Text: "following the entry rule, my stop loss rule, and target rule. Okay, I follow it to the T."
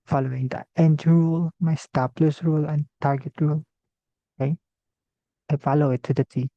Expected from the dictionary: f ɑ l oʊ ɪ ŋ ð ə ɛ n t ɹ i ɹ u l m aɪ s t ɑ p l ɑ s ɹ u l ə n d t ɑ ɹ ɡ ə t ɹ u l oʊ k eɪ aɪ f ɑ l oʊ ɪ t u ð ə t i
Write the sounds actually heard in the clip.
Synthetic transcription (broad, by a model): f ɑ l oʊ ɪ ŋ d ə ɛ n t i ɹ u l m aɪ s t ɑ p l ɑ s ɹ u l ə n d t ɑ ɹ ɡ ə t ɹ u l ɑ ɪ aɪ f ɑ l oʊ ɪ t u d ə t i